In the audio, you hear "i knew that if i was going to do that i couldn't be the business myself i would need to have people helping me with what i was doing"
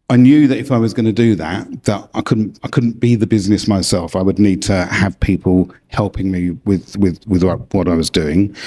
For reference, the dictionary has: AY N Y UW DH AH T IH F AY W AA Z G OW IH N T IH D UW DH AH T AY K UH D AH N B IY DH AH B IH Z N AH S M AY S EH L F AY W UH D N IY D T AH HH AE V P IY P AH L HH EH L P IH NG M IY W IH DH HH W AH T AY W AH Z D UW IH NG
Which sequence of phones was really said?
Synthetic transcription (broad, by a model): AY N Y UW DH AH T IH F AY W AA Z G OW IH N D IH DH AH DH AH T AY K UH D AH N B IY DH AH B IH Z N AH S M AY S EH L F AY W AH D N IY D T AH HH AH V P IY P AH L HH EH L P IH NG M IY W IH DH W W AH T AY W AH Z D UW IH NG